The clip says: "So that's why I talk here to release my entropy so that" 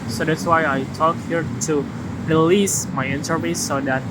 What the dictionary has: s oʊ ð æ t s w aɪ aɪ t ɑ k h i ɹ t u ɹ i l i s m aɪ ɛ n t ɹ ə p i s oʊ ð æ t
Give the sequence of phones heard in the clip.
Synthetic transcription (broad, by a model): s oʊ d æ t s w aɪ aɪ t ɑ k h i ɹ t u ɹ i l i s m aɪ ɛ n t ə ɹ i s oʊ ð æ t